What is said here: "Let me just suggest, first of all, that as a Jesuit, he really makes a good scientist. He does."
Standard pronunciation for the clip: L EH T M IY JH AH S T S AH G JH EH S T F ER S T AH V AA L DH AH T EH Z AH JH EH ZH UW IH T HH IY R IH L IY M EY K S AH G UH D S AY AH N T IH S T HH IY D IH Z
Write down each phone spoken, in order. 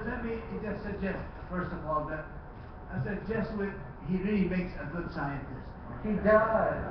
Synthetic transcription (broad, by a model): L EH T M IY JH AH S T S AH G JH EH S T F ER S T AH V AA L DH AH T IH S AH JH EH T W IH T HH IY R IH L IY M EY K S AH G UH D S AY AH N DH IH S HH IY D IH